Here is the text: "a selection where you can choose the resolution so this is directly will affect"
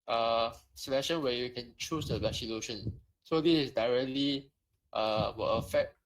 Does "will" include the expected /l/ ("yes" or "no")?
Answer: no